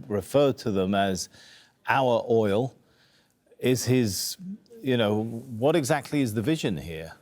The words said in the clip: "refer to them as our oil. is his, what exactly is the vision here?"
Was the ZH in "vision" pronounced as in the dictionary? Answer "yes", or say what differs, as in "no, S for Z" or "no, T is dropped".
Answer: yes